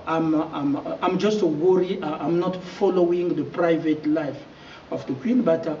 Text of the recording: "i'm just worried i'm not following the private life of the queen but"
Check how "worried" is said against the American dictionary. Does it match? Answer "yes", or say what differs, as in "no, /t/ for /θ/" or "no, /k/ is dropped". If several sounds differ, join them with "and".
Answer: no, /d/ is dropped